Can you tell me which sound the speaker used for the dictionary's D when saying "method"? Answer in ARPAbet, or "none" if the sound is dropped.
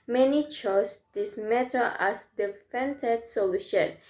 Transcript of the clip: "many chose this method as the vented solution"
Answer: none